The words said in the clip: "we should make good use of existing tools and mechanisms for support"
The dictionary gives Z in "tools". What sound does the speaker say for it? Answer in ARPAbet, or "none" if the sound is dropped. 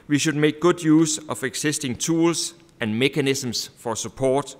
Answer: S